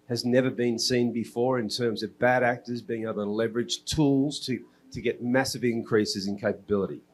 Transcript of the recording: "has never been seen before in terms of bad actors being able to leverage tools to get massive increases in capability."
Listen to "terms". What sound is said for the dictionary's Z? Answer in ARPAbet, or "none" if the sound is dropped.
Z